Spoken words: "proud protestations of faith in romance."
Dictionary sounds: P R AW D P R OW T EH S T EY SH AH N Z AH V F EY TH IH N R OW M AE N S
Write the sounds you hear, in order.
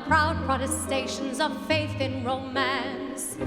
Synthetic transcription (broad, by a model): P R AW D P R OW T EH S T EY SH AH N Z AH V F EY TH IH N R OW M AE N S